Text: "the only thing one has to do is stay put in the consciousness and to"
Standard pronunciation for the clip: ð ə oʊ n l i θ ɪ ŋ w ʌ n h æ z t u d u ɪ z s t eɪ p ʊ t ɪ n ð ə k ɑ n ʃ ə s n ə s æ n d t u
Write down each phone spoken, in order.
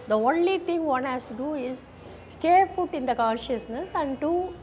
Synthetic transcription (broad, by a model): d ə oʊ n l i t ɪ ŋ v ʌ n h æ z t u d u ɪ z s t eɪ f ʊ t ɪ n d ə k ɑ n ʃ ə s n ə s æ n d t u